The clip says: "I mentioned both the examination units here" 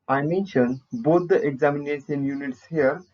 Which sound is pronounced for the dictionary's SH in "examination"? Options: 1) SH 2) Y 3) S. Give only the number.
3